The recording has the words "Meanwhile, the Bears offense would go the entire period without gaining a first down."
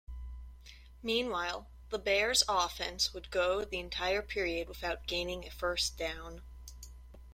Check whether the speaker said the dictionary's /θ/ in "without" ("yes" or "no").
yes